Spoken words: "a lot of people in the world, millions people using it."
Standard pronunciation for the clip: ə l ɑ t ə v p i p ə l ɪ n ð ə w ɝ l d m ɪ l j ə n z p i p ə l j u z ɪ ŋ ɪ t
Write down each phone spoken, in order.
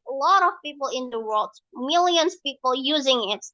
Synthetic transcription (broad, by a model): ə l ɑ t ə v p i p l ɪ n ð ə w ɝ l d m ɪ l j ə n z p i p l j u z ɪ ŋ ɪ t